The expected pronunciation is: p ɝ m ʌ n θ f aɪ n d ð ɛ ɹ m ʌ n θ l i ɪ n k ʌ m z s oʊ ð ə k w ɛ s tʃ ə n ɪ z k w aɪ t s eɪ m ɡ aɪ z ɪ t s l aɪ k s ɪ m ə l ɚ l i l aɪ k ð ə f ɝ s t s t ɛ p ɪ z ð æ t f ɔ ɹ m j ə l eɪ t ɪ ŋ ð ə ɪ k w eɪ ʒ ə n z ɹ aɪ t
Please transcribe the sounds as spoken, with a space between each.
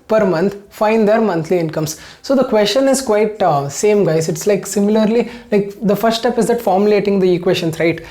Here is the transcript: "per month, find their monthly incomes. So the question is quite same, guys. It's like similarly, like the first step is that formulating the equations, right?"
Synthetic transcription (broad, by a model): p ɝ m ʌ n t f aɪ n d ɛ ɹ m ʌ n t l i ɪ n k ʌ m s s oʊ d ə k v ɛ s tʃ ə n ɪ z k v aɪ t s eɪ m ɡ aɪ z ɪ t s l aɪ k s ɪ m ə l ɚ l i l aɪ k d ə f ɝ t s t ɛ p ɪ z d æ t f ɔ ɹ m j ə l eɪ t ɪ ŋ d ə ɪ k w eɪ ʃ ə n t ɹ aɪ t